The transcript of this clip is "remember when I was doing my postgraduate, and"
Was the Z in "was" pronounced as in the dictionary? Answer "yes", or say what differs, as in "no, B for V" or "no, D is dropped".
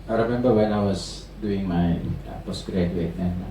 no, S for Z